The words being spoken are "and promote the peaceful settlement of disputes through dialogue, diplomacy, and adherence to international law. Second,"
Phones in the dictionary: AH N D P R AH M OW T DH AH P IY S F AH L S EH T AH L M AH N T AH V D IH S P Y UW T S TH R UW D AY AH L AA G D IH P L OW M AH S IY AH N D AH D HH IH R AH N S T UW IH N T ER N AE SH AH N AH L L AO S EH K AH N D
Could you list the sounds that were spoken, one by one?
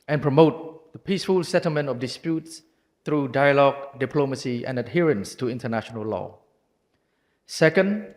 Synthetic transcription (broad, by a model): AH N P R AH M OW T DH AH P IY S F AH L S EH T AH L M AH N T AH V D IH S P Y UW T S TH R UW D AY AH L AA G D IH P L OW M AH S IY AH N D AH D HH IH R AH N S T UW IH N T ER N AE SH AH N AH L L AO S EH K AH N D